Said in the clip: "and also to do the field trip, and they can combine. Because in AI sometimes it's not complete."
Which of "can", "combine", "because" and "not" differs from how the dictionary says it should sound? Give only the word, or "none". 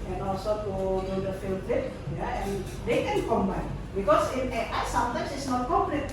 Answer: because